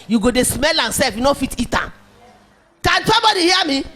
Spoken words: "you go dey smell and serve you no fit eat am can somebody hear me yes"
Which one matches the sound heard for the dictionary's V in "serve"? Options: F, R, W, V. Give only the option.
F